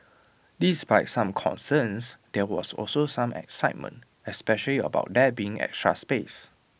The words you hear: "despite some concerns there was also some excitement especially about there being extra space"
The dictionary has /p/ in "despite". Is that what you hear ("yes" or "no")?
no